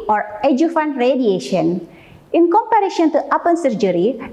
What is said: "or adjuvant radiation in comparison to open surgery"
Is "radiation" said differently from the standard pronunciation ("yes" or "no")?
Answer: no